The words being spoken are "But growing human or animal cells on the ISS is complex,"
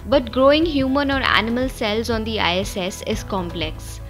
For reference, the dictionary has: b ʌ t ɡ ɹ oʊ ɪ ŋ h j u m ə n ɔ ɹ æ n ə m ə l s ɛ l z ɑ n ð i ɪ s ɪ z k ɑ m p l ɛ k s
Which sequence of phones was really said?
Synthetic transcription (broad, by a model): b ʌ t ɡ ɹ oʊ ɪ ŋ h j u m ə n ɔ ɹ æ n ə m ə l s ɛ l z ɑ n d i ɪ s ɪ z k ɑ m p l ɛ k s